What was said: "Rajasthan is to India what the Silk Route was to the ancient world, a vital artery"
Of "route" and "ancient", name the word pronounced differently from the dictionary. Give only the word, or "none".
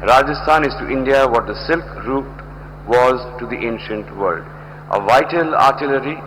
none